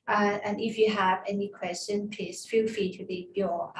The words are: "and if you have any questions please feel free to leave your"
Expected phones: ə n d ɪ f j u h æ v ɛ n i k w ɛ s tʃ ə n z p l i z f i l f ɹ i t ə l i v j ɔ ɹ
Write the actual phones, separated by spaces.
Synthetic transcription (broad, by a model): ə n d ɪ f j u h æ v ɛ n i k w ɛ s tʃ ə n p i s f i l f i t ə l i b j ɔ